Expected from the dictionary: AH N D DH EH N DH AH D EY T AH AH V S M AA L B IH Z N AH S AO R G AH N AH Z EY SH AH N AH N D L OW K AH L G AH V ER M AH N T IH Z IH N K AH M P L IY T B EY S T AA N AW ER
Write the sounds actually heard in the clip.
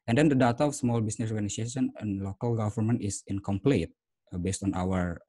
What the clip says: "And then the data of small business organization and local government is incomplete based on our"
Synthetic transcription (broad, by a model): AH N D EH N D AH D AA T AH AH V S M AA L B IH S N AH S AO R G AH N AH S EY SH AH N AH N L OW K AH L G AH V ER M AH N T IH S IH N K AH M P L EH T B EY S T AA N AW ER